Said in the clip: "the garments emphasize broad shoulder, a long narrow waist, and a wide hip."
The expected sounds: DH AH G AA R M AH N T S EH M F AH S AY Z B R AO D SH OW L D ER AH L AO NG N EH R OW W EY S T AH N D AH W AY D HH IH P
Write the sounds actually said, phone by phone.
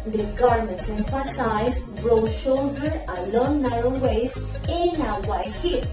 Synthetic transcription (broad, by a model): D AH G AA R M AH N T S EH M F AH S AY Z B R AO SH OW L D ER AH L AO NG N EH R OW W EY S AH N AH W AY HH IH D